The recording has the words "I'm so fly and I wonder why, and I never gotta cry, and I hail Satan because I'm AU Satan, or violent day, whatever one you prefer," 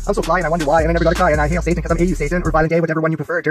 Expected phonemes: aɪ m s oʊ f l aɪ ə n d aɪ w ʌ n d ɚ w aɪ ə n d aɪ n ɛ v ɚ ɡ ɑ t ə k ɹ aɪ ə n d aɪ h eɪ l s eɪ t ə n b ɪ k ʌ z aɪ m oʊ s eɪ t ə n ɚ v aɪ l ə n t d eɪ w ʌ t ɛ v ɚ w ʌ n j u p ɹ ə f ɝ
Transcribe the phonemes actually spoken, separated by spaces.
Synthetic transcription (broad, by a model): aɪ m s oʊ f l aɪ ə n aɪ w ʌ n d ɚ w aɪ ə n aɪ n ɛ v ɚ ɡ ɑ t ə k aɪ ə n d aɪ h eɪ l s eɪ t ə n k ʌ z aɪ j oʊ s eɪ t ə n ɚ b aɪ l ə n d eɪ w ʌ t ɛ v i w ʌ n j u p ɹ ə f ɝ